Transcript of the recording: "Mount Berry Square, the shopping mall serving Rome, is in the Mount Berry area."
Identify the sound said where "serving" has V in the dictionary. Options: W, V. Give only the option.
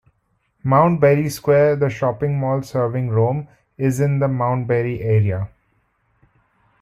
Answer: V